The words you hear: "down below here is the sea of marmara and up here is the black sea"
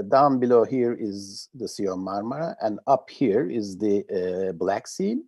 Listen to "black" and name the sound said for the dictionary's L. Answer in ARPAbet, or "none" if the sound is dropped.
L